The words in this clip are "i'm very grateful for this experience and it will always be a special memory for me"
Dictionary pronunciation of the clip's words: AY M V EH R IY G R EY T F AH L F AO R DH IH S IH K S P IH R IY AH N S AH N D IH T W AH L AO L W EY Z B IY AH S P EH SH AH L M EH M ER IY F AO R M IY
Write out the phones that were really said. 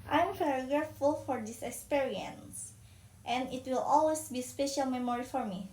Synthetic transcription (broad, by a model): AY M P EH R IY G R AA F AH L F AO R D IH S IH K S P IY R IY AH N S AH N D IH T W AH L AO L W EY S B IY S P EH SH AH L M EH M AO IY F AO R M IY